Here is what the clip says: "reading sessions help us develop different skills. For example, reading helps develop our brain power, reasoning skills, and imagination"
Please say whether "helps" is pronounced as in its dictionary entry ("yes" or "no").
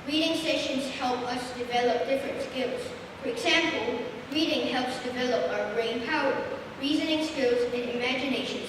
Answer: yes